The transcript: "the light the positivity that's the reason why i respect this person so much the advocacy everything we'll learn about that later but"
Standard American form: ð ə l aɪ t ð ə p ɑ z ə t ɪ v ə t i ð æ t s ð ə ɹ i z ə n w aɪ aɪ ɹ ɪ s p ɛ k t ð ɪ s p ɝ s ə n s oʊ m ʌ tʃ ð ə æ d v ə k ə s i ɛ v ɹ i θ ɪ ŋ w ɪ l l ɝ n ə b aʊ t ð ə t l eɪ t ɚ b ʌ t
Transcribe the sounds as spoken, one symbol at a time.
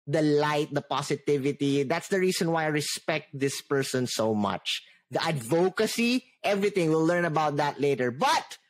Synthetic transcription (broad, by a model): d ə l aɪ t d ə p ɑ s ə t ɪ v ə t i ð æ t s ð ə ɹ i s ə n w aɪ aɪ ɹ ɪ s p ɛ k t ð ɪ s p ɝ s ə n s oʊ m ʌ tʃ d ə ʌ d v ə k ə s i ɛ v ɹ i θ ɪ ŋ w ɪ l l ɝ n ə b aʊ t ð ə t l eɪ t ɚ b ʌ t